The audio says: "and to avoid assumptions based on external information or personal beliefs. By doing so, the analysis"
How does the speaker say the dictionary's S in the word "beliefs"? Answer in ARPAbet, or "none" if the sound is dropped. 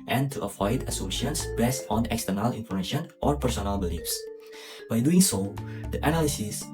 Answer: S